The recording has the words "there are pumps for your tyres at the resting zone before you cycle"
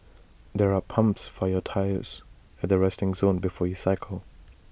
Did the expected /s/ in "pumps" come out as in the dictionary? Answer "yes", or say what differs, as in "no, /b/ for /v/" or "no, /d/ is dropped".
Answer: yes